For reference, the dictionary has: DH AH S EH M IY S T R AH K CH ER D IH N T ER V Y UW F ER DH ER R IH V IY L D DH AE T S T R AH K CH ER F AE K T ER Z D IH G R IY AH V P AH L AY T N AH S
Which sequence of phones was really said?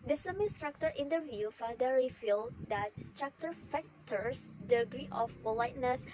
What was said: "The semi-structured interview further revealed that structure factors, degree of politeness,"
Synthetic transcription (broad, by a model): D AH S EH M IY S T R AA K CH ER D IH N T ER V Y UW F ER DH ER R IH F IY L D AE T S T R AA K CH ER F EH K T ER S D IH G R IY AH F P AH L AY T N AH S